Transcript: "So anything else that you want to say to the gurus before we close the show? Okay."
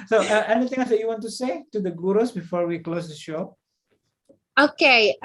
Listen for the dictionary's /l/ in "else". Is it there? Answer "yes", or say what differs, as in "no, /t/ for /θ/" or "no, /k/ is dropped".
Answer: no, /l/ is dropped